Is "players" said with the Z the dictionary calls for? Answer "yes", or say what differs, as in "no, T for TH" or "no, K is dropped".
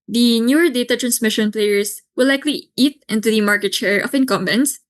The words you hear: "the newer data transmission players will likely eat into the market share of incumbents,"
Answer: no, S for Z